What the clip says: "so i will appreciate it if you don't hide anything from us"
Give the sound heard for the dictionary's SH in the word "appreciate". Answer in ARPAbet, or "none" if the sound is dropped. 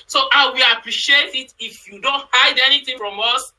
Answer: SH